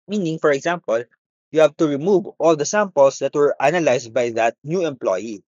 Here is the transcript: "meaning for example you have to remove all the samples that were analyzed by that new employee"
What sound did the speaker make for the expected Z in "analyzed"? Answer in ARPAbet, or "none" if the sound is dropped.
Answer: S